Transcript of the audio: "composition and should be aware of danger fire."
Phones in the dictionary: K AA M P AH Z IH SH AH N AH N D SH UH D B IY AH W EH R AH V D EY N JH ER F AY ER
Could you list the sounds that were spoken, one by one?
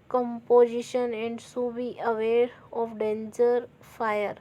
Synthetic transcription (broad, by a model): K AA M P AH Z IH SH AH N AH N D S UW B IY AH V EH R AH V D EY N JH ER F AY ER